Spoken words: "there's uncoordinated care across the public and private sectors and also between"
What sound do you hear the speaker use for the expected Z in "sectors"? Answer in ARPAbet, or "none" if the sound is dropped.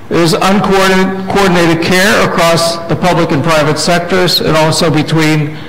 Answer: Z